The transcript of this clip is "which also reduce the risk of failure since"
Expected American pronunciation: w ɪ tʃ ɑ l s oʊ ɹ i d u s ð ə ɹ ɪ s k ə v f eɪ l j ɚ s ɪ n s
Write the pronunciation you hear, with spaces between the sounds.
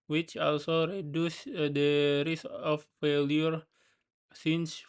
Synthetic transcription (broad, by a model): w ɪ tʃ ɑ l s oʊ ɹ i d u s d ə ɹ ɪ s ə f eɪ l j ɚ s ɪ n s